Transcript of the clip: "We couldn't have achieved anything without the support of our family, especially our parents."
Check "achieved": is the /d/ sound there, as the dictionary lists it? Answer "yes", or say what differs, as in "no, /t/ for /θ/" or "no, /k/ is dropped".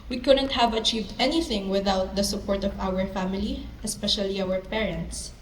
yes